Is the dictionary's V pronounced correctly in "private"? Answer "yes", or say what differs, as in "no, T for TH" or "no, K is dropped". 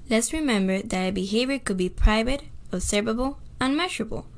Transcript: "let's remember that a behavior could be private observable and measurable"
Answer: yes